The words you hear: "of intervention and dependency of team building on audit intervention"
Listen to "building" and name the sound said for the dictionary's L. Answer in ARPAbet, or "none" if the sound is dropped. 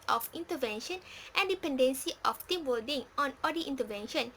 none